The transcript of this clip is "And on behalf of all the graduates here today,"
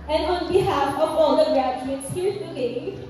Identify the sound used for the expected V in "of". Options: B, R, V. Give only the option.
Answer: B